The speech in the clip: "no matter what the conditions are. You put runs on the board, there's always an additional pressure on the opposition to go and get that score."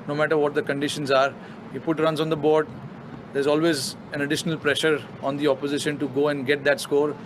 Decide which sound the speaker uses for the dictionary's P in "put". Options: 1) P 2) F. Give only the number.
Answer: 2